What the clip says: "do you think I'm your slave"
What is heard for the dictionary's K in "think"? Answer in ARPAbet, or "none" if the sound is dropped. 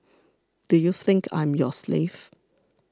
K